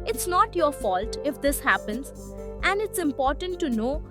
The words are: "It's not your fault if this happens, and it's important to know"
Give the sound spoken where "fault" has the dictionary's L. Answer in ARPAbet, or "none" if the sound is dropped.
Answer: L